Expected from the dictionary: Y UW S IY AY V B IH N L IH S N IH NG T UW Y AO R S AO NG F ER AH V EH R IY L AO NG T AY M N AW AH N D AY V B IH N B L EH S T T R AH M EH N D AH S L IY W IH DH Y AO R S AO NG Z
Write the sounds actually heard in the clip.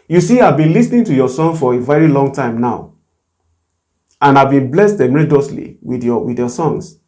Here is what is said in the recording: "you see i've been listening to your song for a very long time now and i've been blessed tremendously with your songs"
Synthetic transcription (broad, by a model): Y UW S IY AY V B IH N L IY S N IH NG T UW Y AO S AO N F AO AH V EH R IY L AO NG T AY M N AW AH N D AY V B IH N B L EH S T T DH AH M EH D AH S L IY W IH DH Y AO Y S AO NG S